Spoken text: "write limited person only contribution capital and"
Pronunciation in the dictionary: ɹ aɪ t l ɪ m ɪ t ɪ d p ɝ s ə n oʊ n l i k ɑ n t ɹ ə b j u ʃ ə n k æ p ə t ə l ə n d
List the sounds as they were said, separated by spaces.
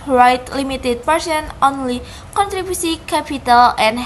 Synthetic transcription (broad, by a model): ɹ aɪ t l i m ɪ t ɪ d p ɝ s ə n oʊ n l i k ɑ n t ɹ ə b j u s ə k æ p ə t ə l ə n